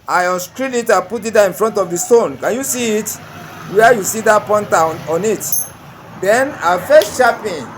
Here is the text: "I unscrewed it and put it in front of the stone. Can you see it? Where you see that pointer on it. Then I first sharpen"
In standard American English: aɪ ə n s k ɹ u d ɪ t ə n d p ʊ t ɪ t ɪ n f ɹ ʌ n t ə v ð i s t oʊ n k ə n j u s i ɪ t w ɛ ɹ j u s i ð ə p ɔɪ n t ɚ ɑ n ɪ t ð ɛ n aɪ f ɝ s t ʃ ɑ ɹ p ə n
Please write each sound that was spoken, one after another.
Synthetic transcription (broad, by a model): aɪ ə s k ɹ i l ɪ t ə p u t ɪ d ɪ n f ɹ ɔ n t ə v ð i s t oʊ n k ə n j u s i ɪ t w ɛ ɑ j u s i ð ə p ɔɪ n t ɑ ɑ n ɪ t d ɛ n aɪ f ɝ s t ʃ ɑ p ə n